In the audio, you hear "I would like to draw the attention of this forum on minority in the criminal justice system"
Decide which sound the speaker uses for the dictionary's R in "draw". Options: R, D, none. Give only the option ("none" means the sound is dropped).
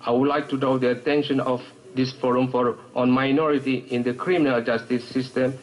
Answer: none